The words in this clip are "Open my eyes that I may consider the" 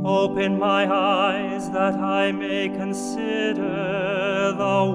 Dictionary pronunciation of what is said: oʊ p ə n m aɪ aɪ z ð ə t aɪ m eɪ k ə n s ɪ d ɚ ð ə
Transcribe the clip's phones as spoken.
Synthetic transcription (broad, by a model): oʊ p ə n m aɪ aɪ z ð ə t aɪ m eɪ k ə n s ɪ d ɚ ð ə